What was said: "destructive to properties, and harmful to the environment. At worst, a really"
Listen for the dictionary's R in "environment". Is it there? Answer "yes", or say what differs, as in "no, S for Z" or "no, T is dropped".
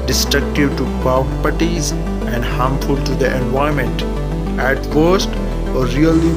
no, R is dropped